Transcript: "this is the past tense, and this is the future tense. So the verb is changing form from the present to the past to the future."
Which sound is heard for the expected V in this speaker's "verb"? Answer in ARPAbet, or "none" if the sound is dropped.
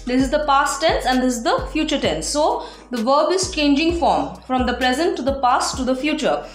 V